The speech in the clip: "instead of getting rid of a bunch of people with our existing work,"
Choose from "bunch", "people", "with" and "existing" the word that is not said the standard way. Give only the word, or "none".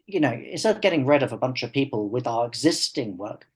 none